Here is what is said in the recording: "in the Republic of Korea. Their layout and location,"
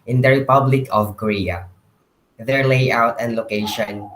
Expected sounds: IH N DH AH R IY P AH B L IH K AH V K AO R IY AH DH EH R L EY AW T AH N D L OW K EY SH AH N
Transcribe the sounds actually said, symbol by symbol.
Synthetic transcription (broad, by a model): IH N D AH R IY P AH B L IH K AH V K AO R IY AH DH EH R L EY AW T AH N L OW K EY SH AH N